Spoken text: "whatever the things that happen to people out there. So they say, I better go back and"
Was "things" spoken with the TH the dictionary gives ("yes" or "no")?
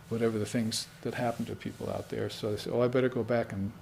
yes